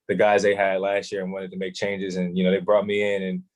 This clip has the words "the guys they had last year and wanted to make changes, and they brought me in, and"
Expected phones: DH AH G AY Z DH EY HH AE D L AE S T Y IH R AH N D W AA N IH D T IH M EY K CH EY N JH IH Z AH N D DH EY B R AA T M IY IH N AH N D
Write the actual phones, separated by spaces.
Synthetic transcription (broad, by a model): DH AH G AY Z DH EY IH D L AE S T Y IH R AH N W AA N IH D T IH M EY K CH EY N JH IH Z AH N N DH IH B R AA T M IY IH N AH N